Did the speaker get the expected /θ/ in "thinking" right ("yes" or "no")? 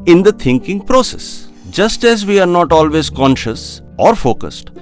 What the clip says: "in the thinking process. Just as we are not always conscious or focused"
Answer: no